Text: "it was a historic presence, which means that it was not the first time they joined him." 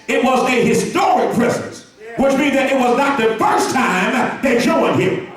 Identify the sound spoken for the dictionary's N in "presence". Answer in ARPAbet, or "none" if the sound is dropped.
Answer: none